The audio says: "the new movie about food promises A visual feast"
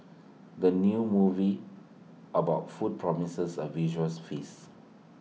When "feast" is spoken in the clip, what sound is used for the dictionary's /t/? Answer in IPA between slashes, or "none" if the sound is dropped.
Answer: none